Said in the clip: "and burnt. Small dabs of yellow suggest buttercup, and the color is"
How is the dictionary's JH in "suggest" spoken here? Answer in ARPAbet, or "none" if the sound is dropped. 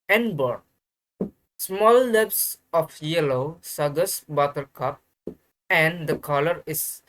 none